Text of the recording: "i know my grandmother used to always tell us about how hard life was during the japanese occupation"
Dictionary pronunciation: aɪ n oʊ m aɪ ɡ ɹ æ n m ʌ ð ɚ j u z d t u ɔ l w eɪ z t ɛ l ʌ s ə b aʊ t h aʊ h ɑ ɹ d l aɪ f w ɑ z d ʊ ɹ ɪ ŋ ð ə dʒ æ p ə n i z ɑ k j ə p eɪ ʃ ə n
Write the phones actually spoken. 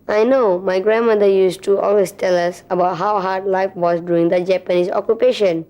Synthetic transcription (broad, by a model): aɪ n oʊ m aɪ ɡ ɹ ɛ n m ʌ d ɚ j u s t u ɔ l w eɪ s t ɛ l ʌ s ə b aʊ t h aʊ h ɑ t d l aɪ f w ɑ s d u ɪ ŋ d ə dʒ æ p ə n i s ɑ k j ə p eɪ ʃ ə n